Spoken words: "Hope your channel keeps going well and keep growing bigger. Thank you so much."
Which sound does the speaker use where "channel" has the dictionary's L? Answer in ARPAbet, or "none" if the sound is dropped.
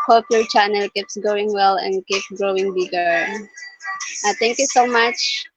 L